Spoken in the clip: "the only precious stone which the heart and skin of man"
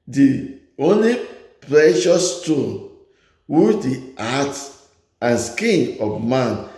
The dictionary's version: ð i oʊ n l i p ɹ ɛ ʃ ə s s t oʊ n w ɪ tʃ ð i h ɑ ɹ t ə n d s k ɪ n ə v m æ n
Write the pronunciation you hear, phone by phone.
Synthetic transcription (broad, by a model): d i oʊ n l i p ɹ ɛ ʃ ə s s t oʊ n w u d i ɑ t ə n s k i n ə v m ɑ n